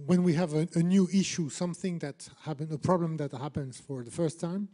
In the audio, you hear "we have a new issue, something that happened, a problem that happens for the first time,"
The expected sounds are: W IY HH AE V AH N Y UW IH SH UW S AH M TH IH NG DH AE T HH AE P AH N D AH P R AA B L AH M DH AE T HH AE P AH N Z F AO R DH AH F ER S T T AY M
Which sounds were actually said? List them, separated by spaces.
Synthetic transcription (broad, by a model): W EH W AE V AH N Y UW IH SH UW S AH M TH IH NG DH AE T HH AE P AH N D AH P R AA B L AH M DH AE T HH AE P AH N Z F AO R DH AH F ER S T T AY M